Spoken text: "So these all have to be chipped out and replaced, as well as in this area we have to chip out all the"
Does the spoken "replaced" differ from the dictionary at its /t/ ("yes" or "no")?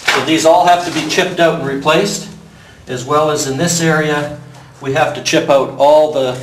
no